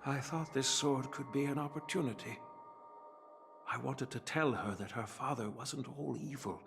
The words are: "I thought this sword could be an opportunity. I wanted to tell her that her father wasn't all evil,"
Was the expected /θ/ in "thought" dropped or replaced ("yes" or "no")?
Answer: no